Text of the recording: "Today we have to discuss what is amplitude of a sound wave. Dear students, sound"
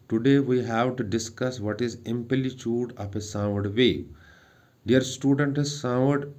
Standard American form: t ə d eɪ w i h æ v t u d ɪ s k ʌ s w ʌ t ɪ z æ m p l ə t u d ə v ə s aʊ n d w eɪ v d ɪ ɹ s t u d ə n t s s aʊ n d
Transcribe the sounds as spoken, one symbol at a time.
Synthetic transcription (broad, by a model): t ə d eɪ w i h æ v t u d ɪ s k ʌ s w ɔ t ɪ z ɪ m p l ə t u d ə p ə s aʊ d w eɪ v d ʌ ɹ s t u d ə n t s s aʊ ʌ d